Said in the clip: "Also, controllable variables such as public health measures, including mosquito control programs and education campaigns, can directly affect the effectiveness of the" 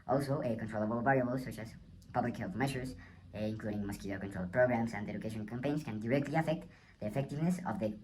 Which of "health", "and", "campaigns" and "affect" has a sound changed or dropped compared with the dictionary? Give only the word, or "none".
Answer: campaigns